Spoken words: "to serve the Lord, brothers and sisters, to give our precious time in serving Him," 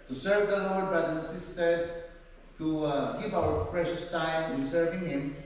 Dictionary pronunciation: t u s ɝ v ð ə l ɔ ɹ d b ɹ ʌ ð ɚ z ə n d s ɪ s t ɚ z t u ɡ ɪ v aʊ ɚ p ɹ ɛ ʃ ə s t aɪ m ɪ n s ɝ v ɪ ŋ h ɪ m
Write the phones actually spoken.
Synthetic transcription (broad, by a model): t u s ɝ v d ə l ɔ ɹ d b ɹ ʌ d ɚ ə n s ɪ s t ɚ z t u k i p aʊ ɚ p ɹ ɛ ʃ ə s t aɪ m ɪ n s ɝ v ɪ ŋ h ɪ m